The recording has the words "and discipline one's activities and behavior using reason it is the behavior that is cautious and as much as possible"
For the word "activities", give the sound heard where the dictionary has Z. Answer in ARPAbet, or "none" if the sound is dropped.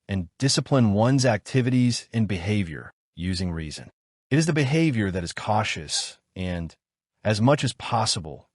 Z